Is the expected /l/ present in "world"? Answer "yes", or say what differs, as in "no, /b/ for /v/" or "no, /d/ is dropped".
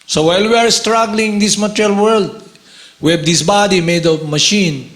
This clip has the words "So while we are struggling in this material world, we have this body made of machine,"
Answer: yes